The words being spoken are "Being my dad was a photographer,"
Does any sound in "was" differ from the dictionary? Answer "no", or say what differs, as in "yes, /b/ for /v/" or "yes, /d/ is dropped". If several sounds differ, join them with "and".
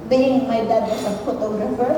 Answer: yes, /s/ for /z/